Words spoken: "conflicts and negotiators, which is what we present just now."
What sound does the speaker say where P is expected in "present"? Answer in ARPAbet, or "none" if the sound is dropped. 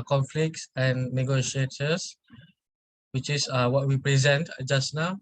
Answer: P